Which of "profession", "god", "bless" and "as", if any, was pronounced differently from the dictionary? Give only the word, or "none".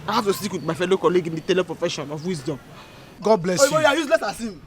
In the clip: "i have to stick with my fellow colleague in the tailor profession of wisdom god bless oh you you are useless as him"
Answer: as